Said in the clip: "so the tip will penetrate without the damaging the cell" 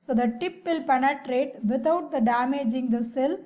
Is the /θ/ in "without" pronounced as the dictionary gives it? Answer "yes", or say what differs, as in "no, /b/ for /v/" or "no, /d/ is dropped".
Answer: no, /t/ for /θ/